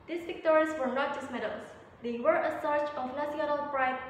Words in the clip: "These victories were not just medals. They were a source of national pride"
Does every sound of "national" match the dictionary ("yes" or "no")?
no